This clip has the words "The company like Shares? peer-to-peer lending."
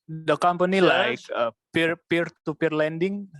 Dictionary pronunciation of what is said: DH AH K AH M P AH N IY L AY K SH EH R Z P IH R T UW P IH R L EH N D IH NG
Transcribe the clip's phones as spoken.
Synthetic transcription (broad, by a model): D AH K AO M P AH N IY L AY K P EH R P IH R T UW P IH R L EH N D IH NG